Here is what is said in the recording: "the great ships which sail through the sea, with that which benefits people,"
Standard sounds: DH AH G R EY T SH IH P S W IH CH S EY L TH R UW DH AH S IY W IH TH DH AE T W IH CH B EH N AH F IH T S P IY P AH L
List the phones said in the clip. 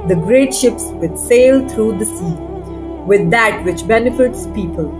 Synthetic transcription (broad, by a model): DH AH G R EY T SH IH P S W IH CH S EY L T R UW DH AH S IY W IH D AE T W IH CH B EH N AH F IH T S P IY P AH L